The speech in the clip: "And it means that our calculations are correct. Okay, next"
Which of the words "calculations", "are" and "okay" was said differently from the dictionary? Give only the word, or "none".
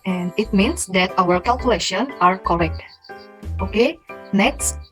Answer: calculations